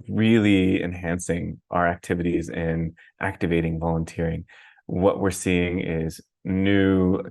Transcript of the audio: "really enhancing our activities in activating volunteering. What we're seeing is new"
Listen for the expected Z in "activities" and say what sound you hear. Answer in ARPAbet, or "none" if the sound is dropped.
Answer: Z